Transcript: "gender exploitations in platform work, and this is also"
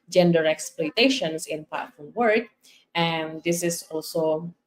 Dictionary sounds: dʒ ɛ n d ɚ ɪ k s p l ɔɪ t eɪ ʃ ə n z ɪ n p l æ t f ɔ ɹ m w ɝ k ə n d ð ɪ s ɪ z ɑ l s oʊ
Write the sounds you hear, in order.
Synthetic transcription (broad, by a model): dʒ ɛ n d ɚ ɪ k s p l ɔɪ t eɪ ʃ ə n s ɪ n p ɑ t f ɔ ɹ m w ɝ k ə n d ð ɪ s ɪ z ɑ l s oʊ